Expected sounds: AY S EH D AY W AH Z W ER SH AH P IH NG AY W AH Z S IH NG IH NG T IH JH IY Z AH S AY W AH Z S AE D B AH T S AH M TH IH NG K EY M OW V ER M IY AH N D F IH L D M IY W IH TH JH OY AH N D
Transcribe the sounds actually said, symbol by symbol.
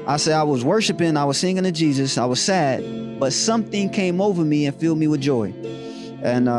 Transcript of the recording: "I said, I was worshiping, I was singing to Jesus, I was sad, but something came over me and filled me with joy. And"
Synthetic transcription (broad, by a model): AY S EH D AY W AH Z W ER SH AH P IH NG AY W AH Z S IH NG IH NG T IH JH IY Z AH S AY W AH Z S AE D B AH T S AH M TH IH NG K EY M OW V ER M IY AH N F IH L D M IY W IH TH JH OY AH N